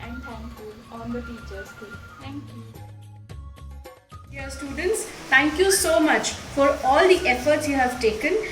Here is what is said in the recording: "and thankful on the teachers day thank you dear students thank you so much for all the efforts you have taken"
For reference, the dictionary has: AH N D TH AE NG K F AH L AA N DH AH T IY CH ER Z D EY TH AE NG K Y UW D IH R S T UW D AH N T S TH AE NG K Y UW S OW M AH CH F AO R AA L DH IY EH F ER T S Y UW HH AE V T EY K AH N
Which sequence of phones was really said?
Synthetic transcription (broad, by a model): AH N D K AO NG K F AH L AA N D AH T IY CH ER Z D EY T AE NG K Y UW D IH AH S T UW D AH N T S T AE NG K Y UW S OW M AH CH F AO R AA L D IY EH F ER T S Y UW HH AE V T EY K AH N